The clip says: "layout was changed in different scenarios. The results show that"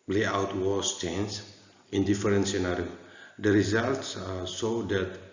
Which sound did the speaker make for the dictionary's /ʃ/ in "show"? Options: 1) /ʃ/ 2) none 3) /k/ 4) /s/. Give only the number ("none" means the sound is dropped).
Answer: 4